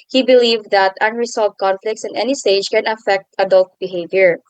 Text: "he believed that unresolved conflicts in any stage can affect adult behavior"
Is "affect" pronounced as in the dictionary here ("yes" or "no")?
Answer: yes